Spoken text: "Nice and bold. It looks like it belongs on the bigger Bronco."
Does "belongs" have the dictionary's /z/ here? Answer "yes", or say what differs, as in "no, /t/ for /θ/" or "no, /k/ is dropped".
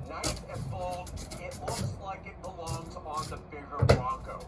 yes